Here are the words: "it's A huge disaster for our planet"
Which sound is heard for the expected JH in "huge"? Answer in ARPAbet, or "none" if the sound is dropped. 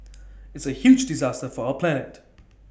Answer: JH